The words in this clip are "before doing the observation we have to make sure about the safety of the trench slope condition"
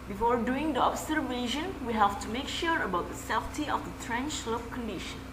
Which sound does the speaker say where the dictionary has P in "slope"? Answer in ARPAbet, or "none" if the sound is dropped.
F